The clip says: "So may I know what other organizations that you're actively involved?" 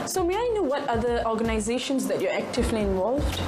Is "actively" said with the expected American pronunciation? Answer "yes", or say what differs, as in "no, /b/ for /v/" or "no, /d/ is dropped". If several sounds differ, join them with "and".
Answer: yes